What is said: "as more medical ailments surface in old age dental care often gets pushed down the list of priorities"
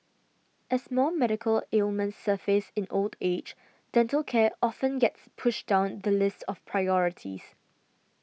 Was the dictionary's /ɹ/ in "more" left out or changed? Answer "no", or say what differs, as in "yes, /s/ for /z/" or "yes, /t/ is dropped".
yes, /l/ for /ɹ/